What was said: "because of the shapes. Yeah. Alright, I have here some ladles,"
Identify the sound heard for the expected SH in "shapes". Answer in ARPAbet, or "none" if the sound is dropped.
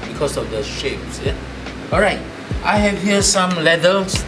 SH